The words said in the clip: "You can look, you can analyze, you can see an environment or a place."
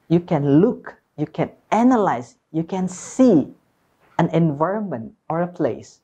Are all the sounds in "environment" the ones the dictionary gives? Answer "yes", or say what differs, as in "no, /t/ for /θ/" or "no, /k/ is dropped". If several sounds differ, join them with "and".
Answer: yes